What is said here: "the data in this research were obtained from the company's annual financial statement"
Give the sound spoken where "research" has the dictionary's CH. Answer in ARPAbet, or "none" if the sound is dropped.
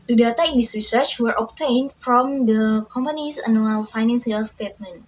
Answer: CH